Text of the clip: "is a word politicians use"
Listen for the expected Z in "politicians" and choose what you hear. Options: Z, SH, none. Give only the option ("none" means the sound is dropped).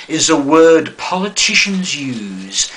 Z